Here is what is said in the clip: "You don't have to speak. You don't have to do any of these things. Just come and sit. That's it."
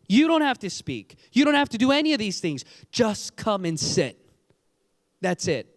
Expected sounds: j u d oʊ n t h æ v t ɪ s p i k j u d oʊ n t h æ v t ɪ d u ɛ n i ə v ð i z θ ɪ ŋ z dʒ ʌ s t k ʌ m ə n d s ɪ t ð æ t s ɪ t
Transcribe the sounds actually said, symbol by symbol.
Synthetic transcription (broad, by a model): j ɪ d oʊ n t h æ f t ɪ s p i k j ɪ d oʊ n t h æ f t ɪ d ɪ ɛ n i ə v ð i z θ ɪ ŋ z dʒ ʌ s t k ʌ m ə n s ɪ t ð æ t s ɪ t